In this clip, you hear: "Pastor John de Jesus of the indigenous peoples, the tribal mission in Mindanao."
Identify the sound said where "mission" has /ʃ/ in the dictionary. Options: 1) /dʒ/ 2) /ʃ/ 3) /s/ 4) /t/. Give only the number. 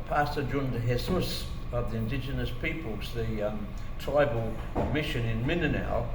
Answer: 2